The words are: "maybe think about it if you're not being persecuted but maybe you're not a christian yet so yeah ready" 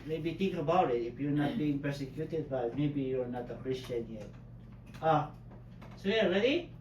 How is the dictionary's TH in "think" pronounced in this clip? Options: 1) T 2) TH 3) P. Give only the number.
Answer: 1